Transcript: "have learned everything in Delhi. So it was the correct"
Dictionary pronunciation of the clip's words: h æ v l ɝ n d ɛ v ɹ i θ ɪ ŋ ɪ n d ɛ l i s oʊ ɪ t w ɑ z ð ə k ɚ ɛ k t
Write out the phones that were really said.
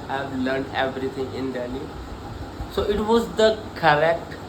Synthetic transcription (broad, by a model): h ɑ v l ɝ n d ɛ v ɹ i t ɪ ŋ ɪ n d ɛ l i s oʊ ɪ t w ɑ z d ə k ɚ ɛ k t